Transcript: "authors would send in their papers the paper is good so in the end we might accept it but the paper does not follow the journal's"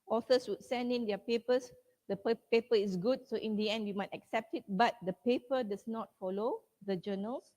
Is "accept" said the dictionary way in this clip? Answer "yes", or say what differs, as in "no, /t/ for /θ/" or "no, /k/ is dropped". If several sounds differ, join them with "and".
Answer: yes